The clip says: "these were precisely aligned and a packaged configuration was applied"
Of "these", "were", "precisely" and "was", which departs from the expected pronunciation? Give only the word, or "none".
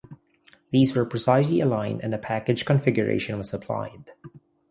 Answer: none